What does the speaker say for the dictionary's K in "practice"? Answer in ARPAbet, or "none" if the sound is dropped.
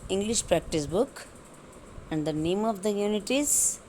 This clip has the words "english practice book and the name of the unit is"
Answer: K